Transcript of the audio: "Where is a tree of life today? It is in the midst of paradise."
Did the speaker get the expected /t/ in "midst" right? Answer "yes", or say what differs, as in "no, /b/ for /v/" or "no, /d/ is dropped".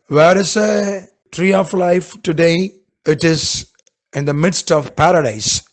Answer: yes